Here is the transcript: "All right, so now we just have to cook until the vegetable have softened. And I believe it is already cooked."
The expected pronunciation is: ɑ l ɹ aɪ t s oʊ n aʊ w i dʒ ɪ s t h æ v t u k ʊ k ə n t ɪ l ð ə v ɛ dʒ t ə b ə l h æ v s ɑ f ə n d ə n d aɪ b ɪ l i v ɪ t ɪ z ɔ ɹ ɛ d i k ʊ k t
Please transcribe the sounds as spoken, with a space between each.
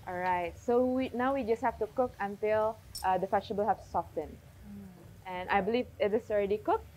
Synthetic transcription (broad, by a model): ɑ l ɹ aɪ t s oʊ n aʊ w i dʒ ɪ s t h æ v t u k ʊ k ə n t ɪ l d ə f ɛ tʃ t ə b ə l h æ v s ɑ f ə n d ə n aɪ b ɪ l i v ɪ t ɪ s ɔ ɹ ɛ d i k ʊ k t